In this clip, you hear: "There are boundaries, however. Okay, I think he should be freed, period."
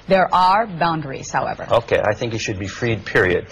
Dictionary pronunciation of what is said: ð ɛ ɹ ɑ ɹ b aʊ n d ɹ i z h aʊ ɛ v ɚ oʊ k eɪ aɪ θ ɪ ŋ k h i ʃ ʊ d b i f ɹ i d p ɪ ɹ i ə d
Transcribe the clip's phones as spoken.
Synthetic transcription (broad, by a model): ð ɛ ɹ ɑ ɹ b aʊ n d ɹ i z h aʊ ɛ v ɚ oʊ k eɪ aɪ θ ɪ ŋ k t ʃ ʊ d b i f ɹ i d p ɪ ɹ i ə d